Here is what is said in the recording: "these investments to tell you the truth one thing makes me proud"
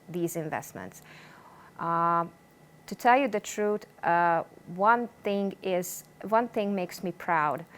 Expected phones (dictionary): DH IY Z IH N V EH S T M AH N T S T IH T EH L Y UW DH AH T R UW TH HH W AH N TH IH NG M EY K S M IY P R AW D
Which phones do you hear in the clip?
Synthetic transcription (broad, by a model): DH IY Z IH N V EH S T M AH N T S T IH T EH L Y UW DH AH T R UW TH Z W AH N TH IH NG M EY K S M IY P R AW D